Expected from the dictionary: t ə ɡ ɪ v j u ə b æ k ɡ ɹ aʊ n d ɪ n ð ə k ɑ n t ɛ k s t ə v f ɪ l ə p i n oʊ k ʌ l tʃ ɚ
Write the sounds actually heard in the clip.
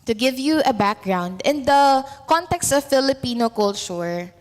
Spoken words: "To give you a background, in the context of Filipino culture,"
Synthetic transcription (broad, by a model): t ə ɡ ɪ v j u ə b æ k ɡ ɹ aʊ n d ɪ n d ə k ɑ n t ɛ k s t ə v f ɪ l ə p i n oʊ k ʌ l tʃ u